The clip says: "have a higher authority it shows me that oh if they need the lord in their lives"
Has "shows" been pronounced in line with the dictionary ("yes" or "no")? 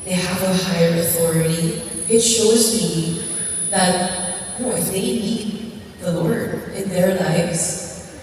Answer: yes